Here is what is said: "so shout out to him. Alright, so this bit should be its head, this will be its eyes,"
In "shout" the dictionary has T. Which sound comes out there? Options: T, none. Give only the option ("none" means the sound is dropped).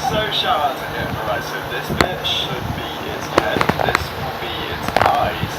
none